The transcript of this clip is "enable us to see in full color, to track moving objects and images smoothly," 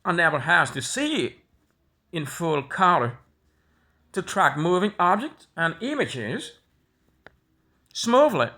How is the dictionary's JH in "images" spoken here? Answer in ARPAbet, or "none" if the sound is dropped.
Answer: JH